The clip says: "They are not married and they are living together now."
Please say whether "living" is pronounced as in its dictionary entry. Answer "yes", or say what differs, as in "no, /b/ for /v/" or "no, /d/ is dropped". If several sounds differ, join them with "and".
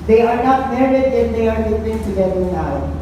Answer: no, /p/ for /v/